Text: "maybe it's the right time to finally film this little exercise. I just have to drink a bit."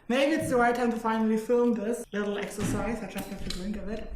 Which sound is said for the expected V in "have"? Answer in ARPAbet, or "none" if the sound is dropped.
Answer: F